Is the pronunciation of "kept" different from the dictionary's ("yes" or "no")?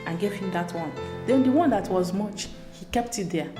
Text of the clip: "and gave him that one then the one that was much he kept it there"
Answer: no